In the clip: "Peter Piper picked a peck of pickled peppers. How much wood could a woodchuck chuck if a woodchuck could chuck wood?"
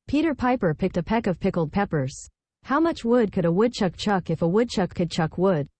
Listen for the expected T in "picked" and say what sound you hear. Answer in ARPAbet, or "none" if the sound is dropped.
T